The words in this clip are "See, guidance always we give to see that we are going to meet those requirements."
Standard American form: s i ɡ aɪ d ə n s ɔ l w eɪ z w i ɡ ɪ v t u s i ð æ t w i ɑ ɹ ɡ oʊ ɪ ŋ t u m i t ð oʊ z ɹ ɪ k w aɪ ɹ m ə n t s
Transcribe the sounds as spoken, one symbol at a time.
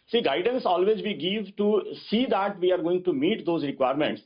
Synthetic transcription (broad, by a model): s i ɡ aɪ d ə n s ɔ l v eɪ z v i ɡ ɪ v t u s i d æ t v i ɑ ɹ ɡ oʊ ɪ ŋ t u m i t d oʊ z ɹ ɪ k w aɪ ɹ m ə n t s